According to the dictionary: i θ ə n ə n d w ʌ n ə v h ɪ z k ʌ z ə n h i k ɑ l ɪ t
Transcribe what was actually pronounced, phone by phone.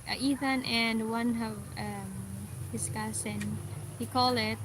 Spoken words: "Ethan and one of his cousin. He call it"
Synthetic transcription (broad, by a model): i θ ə n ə n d w ʌ n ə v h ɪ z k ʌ s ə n h i k ɑ l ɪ t